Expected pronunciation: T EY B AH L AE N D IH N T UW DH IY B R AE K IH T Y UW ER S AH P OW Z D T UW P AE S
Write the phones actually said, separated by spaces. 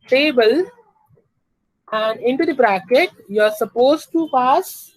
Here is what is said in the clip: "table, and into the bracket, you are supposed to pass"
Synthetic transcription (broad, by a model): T EY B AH L AE N D IH N T UW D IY B R AE K IH T Y UW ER S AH P OW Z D T UW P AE S